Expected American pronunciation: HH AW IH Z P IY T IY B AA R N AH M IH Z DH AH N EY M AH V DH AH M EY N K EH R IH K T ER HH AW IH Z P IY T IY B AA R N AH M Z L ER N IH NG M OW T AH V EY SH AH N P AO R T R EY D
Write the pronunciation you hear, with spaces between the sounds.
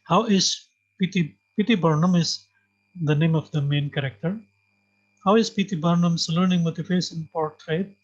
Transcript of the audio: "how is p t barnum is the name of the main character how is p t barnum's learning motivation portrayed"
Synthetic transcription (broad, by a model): HH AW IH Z P IY T IY B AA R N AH M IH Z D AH N EY M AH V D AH M EY N K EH R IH K T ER HH AW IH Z P IY T IY B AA R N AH M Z L ER N IH NG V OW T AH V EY S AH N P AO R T R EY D